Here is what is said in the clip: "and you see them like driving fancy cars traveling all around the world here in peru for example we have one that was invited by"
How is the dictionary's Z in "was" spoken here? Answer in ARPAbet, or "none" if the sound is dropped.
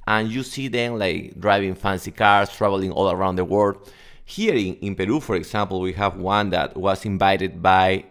S